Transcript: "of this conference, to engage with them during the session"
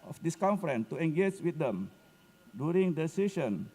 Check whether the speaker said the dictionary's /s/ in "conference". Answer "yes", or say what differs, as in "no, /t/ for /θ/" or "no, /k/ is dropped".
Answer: no, /s/ is dropped